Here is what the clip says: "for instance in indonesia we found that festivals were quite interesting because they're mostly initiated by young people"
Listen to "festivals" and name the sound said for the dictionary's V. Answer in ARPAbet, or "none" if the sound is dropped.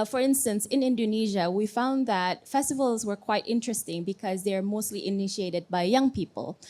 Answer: V